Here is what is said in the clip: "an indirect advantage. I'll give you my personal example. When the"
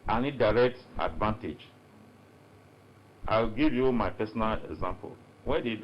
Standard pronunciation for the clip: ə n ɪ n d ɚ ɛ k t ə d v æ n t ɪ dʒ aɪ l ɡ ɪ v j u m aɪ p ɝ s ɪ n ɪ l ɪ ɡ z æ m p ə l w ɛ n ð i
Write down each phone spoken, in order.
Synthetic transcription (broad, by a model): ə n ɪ d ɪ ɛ k t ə d v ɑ n t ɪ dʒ aɪ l ɡ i v j u m aɪ p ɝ s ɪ n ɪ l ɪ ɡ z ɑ m p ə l w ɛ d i